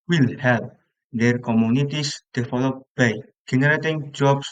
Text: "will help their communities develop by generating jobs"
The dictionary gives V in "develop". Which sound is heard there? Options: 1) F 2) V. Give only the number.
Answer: 1